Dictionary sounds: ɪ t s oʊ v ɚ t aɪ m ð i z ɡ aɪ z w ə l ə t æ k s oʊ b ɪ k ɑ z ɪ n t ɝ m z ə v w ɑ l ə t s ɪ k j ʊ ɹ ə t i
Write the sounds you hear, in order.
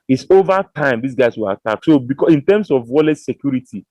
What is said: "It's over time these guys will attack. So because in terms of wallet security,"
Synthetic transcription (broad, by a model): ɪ t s oʊ v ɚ t aɪ m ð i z ɡ aɪ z w ə l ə t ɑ k s oʊ b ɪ k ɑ ɪ n t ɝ m s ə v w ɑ l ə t s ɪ k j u ɹ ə t i